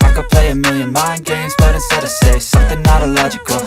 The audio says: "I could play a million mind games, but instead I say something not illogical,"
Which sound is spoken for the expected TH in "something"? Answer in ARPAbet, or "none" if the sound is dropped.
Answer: TH